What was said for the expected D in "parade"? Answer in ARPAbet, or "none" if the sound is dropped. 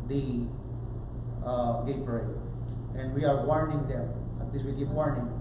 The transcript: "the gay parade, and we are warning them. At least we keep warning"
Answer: none